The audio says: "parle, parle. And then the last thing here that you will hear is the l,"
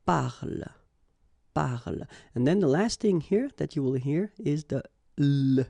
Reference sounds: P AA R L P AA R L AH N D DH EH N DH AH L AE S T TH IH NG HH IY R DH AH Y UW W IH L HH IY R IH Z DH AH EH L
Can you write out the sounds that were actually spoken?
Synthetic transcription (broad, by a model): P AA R L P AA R L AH N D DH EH N DH AH L AE S T TH IH NG HH IY R DH AH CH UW W IH L HH IY R IH Z DH AH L